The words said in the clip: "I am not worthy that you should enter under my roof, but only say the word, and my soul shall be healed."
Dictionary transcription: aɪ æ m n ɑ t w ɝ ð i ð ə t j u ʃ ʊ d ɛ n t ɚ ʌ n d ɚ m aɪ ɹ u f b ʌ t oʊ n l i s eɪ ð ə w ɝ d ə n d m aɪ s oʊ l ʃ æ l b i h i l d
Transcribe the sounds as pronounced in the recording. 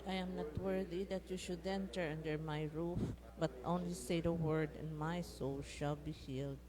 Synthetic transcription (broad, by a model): aɪ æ m n ɑ t w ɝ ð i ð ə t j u ʃ ʊ d ɛ n t ɚ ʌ n d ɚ m aɪ ɹ u f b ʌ t oʊ n l i s eɪ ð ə w ɝ d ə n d m aɪ s oʊ l ʃ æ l b i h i l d